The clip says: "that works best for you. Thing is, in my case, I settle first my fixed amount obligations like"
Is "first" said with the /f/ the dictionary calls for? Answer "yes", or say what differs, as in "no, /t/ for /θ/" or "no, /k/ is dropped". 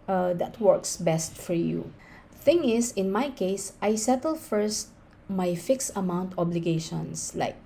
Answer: yes